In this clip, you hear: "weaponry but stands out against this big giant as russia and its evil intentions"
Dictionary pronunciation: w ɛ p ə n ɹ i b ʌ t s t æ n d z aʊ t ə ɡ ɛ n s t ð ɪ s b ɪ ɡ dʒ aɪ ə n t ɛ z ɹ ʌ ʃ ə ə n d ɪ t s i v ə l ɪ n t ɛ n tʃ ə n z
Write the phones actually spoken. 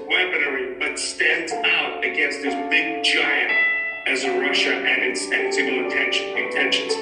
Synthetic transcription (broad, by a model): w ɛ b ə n ɹ i b ʌ t s t æ n d z aʊ t ə ɡ ɛ n s t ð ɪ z b ɪ ɡ dʒ aɪ ə n t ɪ z ɹ ʌ ʃ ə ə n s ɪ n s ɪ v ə n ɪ n t ɛ n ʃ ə n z